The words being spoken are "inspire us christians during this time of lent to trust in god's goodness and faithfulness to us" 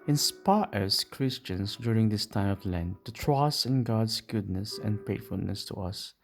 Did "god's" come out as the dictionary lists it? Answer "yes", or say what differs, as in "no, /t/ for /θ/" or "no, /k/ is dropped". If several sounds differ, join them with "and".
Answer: no, /s/ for /z/